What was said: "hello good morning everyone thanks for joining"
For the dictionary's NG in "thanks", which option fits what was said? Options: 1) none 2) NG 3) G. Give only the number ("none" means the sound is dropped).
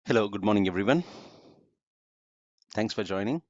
2